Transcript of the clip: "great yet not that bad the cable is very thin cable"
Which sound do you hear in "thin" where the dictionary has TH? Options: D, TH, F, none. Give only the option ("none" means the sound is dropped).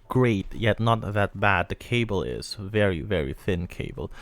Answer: TH